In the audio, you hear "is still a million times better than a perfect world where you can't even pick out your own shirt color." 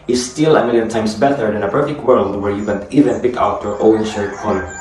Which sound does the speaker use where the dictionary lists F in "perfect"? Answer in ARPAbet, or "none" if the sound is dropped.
F